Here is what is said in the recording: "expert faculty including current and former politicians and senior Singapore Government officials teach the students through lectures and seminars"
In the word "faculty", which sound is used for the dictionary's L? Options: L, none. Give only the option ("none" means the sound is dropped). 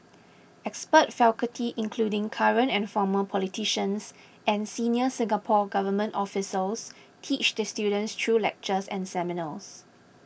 none